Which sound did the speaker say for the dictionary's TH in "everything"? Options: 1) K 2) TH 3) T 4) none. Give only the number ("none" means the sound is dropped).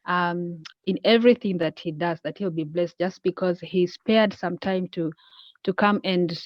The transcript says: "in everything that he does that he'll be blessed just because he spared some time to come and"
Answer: 2